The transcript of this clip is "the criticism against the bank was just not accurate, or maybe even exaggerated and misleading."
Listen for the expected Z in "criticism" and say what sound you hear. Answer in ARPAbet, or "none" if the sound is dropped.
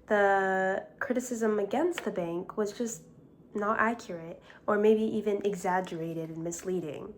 Z